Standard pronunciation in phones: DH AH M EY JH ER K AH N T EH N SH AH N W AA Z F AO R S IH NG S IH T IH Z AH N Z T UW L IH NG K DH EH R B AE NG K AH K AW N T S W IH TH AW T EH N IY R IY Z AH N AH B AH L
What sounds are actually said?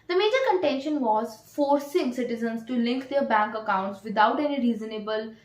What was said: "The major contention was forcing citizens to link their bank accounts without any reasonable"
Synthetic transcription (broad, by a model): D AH M EY JH ER K AH N T EH N SH AH N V AA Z F AO R S IH NG S IH T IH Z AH N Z T UW L IH NG K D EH R B AE NG K AH K AW N T S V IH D AW T EH N IY R IY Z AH N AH B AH L